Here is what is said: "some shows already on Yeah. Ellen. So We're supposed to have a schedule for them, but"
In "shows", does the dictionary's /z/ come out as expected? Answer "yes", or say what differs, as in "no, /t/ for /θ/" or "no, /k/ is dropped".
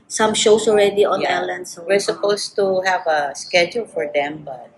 no, /s/ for /z/